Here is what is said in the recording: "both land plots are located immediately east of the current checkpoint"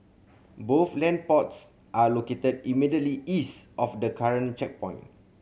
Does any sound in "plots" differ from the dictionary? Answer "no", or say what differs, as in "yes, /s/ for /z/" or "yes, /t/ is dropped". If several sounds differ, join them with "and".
yes, /l/ is dropped